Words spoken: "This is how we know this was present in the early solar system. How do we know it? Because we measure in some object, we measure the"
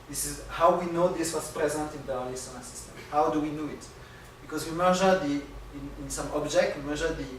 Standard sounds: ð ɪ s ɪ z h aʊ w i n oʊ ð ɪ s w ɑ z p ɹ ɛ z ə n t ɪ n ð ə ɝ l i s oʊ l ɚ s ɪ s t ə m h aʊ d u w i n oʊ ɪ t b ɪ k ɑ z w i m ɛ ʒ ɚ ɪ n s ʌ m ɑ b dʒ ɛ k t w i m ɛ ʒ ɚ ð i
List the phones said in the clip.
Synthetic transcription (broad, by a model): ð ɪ s ɪ z h aʊ w i n oʊ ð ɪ s w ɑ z p ɹ ɛ z ə n t ɪ n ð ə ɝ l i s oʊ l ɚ s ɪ s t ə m h aʊ d u w i n oʊ ɪ t b ɪ k ɑ z w i m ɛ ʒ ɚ ɪ n s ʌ m ɑ b dʒ ɛ k t w i m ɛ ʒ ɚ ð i